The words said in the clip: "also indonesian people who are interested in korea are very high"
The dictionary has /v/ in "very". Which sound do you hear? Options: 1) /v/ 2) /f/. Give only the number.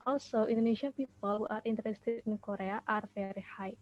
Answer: 2